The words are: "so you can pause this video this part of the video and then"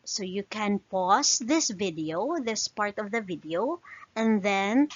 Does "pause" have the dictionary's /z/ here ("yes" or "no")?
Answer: no